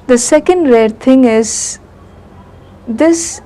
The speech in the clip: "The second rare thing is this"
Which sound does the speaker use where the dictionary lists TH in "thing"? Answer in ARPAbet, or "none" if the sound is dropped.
T